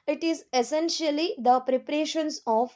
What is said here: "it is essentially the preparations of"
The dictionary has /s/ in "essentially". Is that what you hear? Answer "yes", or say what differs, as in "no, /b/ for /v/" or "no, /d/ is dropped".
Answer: yes